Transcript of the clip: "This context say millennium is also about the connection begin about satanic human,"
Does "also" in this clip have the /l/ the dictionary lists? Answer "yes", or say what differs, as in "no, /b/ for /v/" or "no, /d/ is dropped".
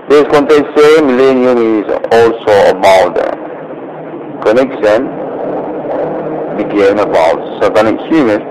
yes